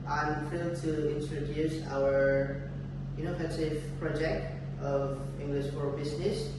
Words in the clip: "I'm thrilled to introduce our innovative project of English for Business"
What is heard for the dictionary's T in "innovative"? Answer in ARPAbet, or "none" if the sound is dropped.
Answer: S